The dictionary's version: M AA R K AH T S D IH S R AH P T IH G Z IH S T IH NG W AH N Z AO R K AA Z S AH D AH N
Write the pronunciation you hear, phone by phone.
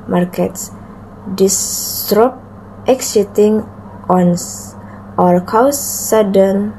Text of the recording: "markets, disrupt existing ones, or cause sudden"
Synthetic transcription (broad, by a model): M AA R K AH T S D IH S R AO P T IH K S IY T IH NG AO N AO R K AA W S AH D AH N